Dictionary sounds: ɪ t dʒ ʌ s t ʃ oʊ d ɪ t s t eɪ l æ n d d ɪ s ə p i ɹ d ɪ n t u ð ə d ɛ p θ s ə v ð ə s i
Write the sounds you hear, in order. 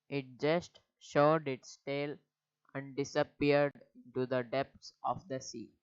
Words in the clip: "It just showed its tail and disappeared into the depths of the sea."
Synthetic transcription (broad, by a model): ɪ t dʒ ʌ s t ʃ oʊ d ɪ t s t eɪ l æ n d d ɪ s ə p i ɹ d ɪ n t u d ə d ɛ p t s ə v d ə s i